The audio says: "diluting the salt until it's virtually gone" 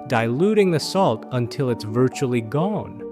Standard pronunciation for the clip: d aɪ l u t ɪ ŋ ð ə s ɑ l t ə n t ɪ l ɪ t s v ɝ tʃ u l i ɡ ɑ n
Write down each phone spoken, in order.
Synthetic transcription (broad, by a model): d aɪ l u t ɪ ŋ ð ə s ɑ l t ə n t ɪ l ɪ t s v ɝ tʃ u l i ɡ ɑ n